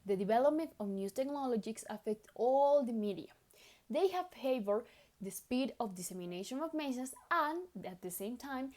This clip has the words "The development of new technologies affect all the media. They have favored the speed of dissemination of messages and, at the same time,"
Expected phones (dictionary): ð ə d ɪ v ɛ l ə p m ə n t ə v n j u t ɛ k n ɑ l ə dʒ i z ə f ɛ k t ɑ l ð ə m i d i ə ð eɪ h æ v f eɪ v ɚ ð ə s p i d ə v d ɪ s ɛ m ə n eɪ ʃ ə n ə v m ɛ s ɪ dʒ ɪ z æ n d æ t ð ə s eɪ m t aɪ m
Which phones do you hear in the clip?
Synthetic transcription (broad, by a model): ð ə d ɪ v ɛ l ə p m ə n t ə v n j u t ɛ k n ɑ l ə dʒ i s ə f ɛ k t ɑ l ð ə m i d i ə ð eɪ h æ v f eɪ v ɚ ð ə s p i d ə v d ɪ s ɛ m ə n eɪ ʃ ə n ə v m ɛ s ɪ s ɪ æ n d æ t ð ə s eɪ m t aɪ m